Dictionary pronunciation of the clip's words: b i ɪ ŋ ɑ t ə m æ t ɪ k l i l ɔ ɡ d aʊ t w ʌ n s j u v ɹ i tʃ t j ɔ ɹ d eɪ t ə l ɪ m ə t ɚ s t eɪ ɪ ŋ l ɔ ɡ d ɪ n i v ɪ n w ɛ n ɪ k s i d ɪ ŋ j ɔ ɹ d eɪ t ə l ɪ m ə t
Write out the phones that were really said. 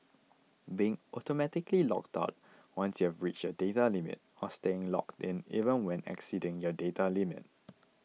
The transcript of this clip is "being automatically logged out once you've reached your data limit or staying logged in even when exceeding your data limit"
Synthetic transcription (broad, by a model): b i ɪ ŋ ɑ t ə m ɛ t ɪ k l i l ɔ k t aʊ t w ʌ n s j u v ɹ i tʃ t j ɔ d eɪ t ə l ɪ m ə t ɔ s t eɪ ɪ ŋ l ɔ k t ɪ n i v ɪ n w ɛ n ɪ k s i d ɪ ŋ j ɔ d eɪ t ə l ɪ m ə t